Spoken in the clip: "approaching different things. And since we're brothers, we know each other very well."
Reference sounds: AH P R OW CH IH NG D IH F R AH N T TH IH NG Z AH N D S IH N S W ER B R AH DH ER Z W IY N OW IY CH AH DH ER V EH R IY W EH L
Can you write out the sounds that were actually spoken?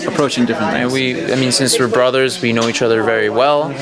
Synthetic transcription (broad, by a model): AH P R OW CH IH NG D IH F R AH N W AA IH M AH N S IH N S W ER B R AH DH ER Z W IY N OW IY CH AH DH ER V EH R IY W EH L